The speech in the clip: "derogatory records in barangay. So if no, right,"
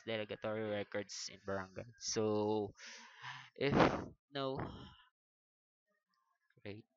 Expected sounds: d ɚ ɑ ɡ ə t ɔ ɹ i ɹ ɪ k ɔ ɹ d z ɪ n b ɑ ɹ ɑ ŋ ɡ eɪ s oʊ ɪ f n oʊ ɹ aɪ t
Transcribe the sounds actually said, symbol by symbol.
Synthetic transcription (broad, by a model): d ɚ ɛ ɡ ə t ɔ ɹ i ɹ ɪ k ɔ ɹ d s ɪ n b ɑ ɹ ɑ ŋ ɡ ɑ s oʊ ɪ f n oʊ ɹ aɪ t